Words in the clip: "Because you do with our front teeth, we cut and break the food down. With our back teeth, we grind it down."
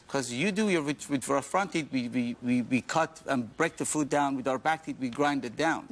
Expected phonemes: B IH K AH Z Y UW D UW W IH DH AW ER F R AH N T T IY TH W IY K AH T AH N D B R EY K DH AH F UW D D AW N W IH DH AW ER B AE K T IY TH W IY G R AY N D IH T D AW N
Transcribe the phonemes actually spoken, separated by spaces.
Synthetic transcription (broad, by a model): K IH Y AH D Y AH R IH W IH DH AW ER F R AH N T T IY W W IY K AH T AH N B R EY K DH AH F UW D D AW N W IH DH AW ER B AE K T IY T W IY G R AY N D IH T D AW N